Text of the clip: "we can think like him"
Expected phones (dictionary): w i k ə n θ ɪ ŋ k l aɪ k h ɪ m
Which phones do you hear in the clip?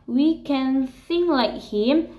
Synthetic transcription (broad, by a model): w i k ə n s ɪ ŋ l aɪ k h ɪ m